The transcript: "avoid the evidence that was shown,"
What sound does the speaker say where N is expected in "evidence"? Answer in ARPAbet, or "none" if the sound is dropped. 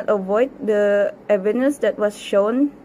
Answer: none